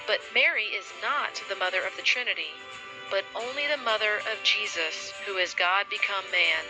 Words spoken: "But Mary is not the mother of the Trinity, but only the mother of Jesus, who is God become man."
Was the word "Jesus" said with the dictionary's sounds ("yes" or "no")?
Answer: yes